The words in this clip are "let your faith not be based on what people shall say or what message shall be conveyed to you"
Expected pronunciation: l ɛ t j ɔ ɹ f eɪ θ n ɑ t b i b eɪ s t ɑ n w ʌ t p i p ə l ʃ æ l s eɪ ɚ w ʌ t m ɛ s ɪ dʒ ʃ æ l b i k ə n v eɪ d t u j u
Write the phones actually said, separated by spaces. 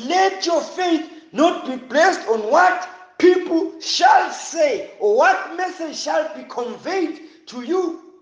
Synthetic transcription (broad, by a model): l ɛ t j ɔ f eɪ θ n ɑ t b i b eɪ s t ɑ n w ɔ t p i p l ʃ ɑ l s eɪ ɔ w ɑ t m ɛ s ɪ dʒ ʃ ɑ l b i k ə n v eɪ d t u j u